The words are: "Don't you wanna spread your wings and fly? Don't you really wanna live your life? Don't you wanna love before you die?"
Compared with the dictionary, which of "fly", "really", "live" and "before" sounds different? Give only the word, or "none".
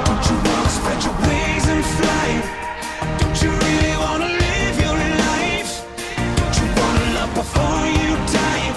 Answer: none